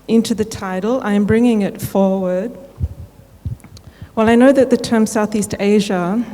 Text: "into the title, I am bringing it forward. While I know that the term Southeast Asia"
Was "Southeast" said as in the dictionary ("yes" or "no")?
yes